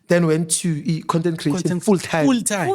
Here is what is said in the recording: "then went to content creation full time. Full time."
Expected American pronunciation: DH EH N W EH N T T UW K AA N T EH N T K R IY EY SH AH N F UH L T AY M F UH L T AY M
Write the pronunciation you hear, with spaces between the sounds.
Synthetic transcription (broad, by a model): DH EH N W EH N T T UW K AA N T EH N T K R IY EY AH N F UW L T AY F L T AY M